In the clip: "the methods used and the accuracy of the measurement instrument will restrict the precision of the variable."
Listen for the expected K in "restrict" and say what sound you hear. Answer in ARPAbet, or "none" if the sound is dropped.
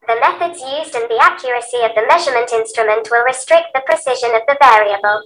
K